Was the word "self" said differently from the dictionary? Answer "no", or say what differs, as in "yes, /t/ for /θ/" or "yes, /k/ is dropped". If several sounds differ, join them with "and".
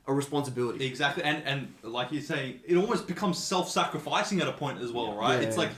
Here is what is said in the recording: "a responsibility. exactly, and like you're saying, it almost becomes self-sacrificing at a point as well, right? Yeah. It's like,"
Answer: no